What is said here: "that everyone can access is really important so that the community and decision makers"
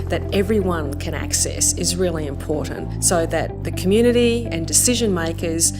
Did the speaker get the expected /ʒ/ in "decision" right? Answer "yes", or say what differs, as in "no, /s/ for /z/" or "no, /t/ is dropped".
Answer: yes